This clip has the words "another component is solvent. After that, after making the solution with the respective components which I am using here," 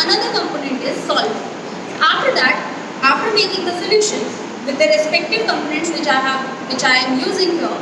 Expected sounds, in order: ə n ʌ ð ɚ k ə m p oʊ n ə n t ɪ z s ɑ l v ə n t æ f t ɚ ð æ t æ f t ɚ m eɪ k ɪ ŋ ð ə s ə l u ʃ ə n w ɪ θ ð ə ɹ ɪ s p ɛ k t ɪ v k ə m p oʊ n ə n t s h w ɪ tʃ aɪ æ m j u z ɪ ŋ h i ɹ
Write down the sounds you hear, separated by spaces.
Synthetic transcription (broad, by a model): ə n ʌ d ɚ k ə m p oʊ n ə n t ɪ z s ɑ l ə f t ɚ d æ t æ f t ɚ m eɪ k ɪ ŋ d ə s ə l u ʃ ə n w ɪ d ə ɹ ɪ s p ɛ k t ɪ v k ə m p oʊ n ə n t s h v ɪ tʃ aɪ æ m j u z ɪ ŋ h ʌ